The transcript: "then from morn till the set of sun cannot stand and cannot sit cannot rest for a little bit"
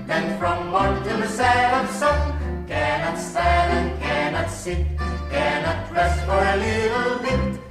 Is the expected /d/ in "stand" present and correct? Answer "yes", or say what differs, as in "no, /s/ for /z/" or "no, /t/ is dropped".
no, /d/ is dropped